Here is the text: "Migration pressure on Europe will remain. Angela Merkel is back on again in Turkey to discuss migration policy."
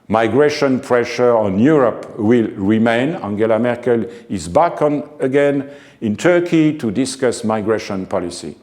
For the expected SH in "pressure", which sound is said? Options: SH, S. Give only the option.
SH